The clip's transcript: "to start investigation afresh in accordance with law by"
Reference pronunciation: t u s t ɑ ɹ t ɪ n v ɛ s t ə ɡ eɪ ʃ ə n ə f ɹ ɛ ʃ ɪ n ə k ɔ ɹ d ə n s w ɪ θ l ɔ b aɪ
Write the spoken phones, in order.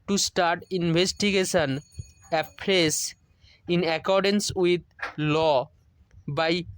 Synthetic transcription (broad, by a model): t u s t ɑ ɹ t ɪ n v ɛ s t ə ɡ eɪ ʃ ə n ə p ɹ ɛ s ɪ n ə k ɔ ɹ d ə n s w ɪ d l ɔ b aɪ